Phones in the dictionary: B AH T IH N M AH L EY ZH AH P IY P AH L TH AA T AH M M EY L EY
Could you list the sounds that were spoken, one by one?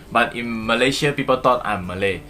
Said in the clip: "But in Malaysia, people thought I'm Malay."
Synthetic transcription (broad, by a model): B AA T IH N M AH L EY SH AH P IY P AH L T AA T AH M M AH L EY